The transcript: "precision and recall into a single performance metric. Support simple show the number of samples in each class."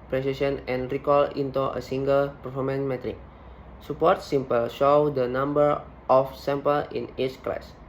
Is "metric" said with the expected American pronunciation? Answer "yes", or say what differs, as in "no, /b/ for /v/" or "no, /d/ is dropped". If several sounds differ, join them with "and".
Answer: yes